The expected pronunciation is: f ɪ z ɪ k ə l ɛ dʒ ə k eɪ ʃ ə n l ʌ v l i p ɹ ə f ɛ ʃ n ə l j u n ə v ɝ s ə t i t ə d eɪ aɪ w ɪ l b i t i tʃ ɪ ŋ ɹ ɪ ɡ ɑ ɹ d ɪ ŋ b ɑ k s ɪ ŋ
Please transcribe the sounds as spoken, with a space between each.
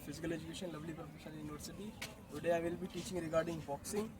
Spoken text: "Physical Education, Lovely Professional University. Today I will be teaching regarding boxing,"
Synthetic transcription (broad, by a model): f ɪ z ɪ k ə l ɛ dʒ ə k eɪ ʃ ə n l ʌ v l i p ɹ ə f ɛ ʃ ə n j u n ə v ɝ s ə t i t ə d eɪ aɪ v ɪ l b i t i tʃ ɪ ŋ ɹ ɪ ɡ ɑ ɹ d ɪ ŋ b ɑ k s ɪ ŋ